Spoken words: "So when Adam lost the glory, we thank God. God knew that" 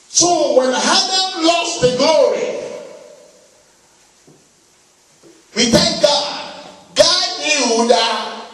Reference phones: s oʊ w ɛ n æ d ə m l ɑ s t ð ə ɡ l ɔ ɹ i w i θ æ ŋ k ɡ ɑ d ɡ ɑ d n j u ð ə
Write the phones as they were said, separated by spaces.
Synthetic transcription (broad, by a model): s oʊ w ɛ n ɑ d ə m l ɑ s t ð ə ɡ l ɔ ɹ i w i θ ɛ k ɡ ɑ d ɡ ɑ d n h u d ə